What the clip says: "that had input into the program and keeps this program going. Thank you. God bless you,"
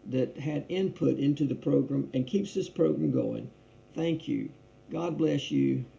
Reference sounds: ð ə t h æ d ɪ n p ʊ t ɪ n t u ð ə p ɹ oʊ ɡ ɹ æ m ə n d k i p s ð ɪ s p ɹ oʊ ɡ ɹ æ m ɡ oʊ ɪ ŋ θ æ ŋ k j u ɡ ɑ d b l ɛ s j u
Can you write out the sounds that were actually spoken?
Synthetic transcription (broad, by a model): ð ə t h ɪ d ɪ n p ʊ t ɪ n t u ð ə p ɹ oʊ ɡ ɹ æ m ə n k i p s ð ɪ s p ɹ oʊ ɡ ɹ æ m ɡ oʊ ɪ ŋ θ æ ŋ k j u ɡ ɑ d b l ɛ s j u